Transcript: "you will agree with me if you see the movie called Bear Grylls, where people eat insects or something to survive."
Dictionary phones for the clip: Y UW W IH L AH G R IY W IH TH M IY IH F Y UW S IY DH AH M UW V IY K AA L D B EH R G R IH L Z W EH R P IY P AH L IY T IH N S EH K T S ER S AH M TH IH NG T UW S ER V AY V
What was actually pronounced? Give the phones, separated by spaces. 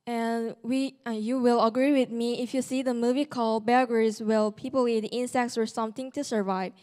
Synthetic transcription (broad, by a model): Y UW W IH L AH G R IY W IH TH M IY IH F Y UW S IY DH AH M UW V IY K AA L B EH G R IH Z W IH L P IY P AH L IY T IH N S EH K T S ER S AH M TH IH NG T UW S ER V AY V